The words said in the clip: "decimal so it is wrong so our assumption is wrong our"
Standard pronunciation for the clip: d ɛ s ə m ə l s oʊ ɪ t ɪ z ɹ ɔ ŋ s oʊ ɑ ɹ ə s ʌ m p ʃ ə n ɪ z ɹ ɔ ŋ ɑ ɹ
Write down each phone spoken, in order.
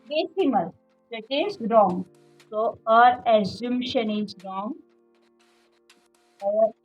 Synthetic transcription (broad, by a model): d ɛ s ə m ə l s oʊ ɪ t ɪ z ɹ ɔ ŋ s oʊ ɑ ɹ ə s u m ʃ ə n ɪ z ɹ ɔ ŋ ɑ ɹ